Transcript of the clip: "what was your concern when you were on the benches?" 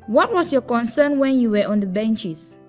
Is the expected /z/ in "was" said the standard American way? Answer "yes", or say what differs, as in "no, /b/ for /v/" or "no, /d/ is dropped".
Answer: no, /s/ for /z/